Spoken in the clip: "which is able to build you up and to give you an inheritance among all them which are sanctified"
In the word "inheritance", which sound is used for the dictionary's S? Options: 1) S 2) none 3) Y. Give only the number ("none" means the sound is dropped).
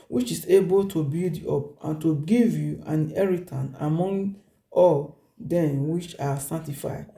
2